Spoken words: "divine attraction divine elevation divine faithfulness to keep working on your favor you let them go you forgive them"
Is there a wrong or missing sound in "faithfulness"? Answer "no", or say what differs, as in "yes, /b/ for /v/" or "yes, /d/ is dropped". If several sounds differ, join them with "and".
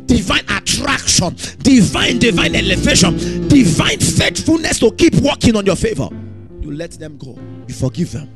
yes, /t/ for /θ/